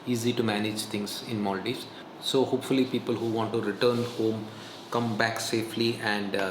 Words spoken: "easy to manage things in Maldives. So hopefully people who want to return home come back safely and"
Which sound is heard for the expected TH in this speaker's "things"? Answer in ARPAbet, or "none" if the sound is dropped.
T